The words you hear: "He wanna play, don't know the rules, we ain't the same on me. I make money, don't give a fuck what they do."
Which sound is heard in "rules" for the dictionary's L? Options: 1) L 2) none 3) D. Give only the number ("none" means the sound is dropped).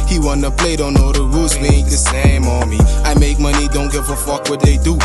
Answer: 2